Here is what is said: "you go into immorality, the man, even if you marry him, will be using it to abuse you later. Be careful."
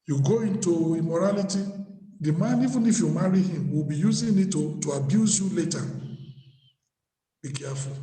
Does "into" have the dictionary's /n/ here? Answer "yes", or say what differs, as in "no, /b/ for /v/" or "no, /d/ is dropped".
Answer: yes